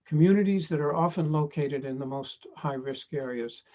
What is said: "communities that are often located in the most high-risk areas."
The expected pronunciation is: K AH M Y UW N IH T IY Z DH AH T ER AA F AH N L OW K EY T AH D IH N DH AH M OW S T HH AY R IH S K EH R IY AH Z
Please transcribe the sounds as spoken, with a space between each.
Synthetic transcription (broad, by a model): K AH M Y UW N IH T IY Z DH AH T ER AA F AH N L OW K EY T AH D IH N DH AH M OW S T HH AY R IH S K EH R IY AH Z